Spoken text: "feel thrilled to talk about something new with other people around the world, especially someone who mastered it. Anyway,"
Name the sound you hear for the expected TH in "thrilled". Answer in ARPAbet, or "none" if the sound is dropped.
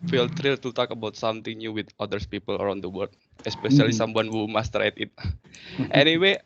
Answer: T